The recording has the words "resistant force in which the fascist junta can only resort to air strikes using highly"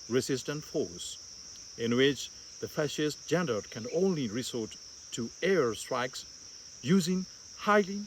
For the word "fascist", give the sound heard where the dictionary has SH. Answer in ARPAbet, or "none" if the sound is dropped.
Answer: SH